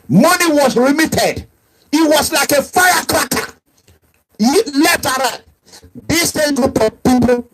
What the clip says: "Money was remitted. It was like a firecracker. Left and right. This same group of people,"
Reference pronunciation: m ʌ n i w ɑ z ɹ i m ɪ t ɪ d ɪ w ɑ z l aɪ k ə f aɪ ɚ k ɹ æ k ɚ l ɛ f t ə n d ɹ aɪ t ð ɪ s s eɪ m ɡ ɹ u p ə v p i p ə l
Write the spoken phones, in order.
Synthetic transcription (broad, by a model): m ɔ n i w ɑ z ɹ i m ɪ t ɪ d ɪ w ɑ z l aɪ k ə f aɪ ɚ k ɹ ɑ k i l ɛ f t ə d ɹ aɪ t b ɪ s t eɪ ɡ u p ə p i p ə